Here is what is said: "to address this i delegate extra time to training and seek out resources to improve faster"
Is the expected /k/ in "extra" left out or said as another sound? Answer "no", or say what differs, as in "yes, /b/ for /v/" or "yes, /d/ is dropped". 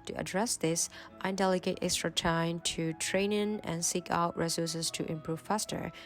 no